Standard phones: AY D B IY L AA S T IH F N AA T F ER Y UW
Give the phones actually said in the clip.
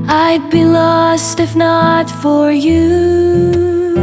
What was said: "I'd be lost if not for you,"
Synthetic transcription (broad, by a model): AY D B IY L AA S T IH F N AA T F ER Y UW